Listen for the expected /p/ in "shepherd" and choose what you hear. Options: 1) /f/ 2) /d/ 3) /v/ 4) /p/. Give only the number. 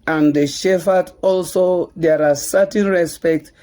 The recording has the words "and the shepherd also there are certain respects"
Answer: 1